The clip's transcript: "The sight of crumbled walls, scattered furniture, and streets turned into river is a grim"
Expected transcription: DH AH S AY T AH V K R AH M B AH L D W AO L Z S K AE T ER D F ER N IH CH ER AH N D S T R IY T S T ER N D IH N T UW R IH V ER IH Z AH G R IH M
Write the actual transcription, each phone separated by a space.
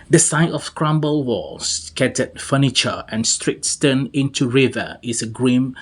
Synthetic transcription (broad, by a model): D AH S AY T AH F K R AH M B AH L W AO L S K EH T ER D F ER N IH CH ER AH N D S T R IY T S T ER N IH N T UW R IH V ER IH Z AH G R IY M